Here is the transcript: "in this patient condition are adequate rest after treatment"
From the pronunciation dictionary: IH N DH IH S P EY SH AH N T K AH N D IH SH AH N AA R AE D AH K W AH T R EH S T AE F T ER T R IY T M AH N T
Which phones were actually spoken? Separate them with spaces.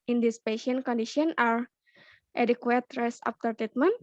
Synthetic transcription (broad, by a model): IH N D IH S P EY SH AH N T K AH N D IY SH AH N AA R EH D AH K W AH T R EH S AA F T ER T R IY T M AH N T